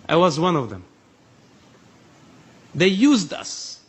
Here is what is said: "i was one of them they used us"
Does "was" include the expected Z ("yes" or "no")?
yes